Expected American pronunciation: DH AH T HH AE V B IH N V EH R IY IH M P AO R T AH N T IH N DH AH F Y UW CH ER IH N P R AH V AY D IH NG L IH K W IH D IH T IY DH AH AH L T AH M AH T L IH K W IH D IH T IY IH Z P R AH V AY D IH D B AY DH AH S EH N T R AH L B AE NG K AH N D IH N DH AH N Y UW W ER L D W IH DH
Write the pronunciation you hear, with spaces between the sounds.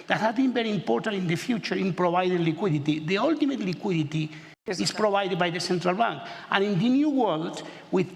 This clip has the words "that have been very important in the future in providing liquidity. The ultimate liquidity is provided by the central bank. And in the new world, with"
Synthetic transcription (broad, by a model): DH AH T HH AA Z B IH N B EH R IY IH M P AO R T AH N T IH N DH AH F Y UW CH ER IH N P R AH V AY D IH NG L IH K W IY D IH T IY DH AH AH L T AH M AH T L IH K W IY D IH T IY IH S P R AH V AY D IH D B AY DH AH S EH N T R AH L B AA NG K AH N IH N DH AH N Y UW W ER L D W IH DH